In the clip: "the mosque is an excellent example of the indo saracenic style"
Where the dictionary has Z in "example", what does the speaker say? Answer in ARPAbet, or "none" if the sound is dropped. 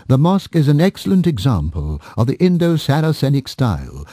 Z